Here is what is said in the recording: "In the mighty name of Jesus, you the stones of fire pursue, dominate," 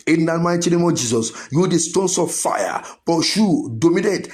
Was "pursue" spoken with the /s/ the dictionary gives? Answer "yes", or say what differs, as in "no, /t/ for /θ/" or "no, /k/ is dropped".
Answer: no, /ʃ/ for /s/